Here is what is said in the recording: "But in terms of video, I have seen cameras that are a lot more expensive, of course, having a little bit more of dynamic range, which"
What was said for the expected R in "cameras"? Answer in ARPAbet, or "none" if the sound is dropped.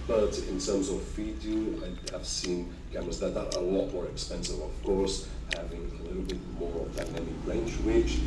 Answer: none